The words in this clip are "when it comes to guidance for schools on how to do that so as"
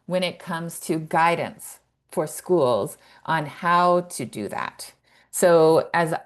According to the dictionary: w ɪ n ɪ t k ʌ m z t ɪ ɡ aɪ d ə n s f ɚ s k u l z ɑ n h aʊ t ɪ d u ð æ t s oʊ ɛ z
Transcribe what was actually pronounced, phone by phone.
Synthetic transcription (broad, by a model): w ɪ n ɪ t k ʌ m z t ɪ ɡ aɪ d n s f ɚ s k u l z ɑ n h aʊ t ɪ d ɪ ð æ t s oʊ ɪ z